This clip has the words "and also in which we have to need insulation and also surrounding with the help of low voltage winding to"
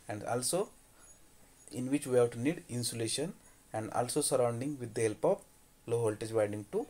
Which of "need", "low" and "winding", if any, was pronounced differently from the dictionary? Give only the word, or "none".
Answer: winding